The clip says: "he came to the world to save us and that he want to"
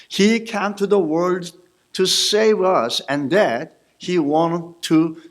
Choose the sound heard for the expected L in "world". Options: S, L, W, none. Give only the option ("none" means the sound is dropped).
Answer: L